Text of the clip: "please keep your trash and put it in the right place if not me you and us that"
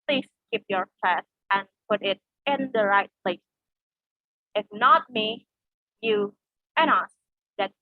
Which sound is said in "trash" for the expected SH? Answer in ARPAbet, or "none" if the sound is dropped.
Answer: S